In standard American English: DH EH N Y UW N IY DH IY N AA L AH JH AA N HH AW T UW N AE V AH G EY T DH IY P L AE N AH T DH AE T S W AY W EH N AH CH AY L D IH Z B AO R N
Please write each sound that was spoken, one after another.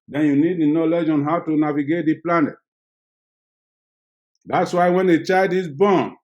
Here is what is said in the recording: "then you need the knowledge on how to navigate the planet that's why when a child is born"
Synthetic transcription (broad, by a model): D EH N Y UW N IY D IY N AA L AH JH AA N HH AW T UW N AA V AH G EY T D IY P L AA N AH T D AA T S W AY W EH N AH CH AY D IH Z B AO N